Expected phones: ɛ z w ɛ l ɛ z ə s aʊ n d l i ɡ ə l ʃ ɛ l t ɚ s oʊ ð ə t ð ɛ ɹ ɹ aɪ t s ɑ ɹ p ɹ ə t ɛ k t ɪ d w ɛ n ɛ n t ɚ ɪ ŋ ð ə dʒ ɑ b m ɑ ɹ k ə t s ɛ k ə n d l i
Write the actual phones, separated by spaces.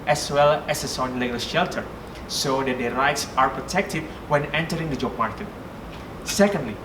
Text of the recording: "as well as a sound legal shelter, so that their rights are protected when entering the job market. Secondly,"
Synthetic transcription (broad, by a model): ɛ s w ɛ l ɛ s ə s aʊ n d l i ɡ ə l ʃ ɛ l t ɚ s oʊ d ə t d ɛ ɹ ɹ aɪ t s ɑ ɹ p ɹ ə t ɛ k t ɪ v w ɛ n ɛ n t ɚ ɪ ŋ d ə dʒ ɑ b m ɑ ɹ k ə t s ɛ k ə n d l i